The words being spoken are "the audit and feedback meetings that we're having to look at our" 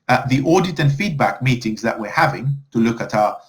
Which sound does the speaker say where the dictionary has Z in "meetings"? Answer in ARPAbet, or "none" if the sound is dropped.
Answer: Z